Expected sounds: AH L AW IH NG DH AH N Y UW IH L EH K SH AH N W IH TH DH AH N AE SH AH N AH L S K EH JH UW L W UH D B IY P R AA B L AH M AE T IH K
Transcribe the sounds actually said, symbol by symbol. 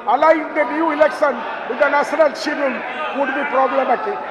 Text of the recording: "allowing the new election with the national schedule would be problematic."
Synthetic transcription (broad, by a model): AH L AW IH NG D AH N Y UW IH L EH K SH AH N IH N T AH N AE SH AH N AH L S IY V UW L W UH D B IY P R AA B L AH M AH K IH